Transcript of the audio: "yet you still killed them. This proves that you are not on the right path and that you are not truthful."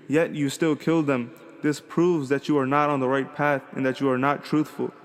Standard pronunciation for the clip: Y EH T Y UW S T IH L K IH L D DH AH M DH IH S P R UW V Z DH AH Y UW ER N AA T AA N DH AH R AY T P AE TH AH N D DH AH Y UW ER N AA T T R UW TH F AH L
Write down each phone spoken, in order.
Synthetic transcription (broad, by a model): Y EH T Y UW S T IH L K IH L D DH AH M DH IH S P R UW V Z DH AH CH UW ER N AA T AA N DH AH R AY T P AE TH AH N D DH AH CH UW ER N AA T T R UW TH F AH L